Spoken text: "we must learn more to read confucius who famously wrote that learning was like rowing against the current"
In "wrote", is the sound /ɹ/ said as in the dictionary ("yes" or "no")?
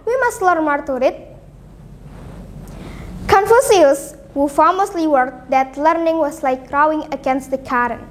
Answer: no